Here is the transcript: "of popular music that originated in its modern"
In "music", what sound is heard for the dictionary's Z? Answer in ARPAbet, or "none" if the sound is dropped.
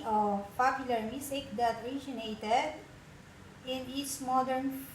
S